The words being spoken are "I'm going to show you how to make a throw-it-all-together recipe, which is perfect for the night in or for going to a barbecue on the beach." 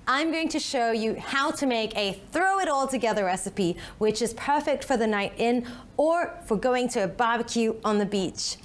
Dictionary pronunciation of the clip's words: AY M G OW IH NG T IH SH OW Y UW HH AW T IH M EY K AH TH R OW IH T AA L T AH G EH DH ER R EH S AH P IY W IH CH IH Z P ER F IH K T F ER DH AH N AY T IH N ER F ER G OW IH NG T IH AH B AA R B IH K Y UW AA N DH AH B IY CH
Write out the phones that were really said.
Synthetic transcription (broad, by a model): AY M G OW IH NG T IH SH OW Y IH HH AW T IH M EY K AH TH R OW IH T AA L T AH G EH DH ER R EH S AH P IY W IH CH IH Z P ER F IH K T F ER DH AH N AY T IH N ER F ER G OW IH NG T IH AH B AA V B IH K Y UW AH N DH AH B IY CH